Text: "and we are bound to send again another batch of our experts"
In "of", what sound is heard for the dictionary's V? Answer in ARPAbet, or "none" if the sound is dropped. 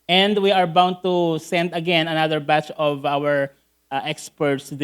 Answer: V